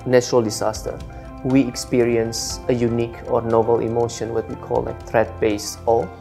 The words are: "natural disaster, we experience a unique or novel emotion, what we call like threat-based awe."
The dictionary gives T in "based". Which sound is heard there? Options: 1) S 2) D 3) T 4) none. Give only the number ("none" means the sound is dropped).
4